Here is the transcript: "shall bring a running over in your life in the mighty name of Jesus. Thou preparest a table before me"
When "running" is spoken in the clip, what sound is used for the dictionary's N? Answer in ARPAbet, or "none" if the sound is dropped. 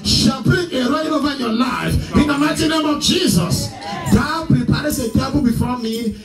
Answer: none